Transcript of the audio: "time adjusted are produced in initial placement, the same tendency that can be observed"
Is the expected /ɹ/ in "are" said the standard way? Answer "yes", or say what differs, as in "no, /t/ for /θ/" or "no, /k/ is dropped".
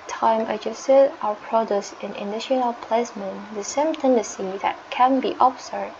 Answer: no, /w/ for /ɹ/